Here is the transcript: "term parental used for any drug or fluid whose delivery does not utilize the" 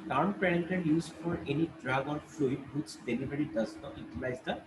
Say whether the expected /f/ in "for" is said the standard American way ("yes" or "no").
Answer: yes